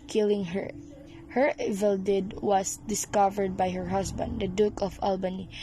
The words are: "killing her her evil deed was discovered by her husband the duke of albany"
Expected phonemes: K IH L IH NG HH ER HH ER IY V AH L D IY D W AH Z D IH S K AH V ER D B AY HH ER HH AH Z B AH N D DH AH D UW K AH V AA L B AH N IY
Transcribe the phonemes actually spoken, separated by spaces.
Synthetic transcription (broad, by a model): K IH L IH NG HH ER HH ER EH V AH L D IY D W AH S D IH S K AH V ER D B AY HH ER HH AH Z B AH N D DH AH D UW K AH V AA L B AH N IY